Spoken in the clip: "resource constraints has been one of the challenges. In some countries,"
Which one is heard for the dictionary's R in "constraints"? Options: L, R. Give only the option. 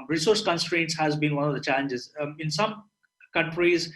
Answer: R